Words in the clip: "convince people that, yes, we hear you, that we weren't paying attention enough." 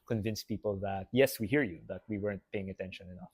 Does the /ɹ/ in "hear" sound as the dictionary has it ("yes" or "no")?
yes